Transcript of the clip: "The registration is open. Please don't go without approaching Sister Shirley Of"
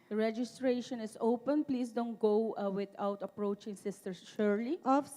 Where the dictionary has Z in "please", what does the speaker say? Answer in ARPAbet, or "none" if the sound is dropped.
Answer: S